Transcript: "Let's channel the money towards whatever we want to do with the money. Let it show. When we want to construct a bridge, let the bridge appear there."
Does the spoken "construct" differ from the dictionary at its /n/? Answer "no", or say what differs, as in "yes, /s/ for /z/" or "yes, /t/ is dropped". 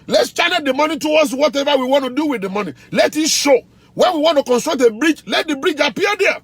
no